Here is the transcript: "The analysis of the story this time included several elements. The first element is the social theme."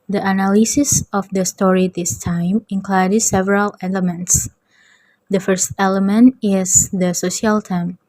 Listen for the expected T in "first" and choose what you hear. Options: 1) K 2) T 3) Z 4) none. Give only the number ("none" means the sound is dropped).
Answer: 2